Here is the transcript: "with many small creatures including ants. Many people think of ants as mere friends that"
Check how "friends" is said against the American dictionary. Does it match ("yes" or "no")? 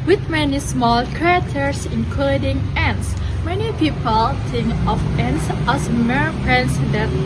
no